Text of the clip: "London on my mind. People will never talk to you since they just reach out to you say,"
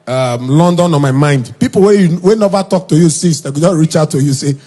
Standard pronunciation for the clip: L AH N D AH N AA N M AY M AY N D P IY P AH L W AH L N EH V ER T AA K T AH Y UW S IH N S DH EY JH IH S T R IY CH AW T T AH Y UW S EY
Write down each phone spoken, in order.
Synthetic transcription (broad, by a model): L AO N D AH N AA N M AY M AY N D P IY P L W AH W N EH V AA T AA K T AH Y UW S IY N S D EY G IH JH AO R IY CH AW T T AH Y UW S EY